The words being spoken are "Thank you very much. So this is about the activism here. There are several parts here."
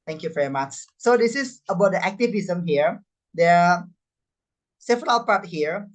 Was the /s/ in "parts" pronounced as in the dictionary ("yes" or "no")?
no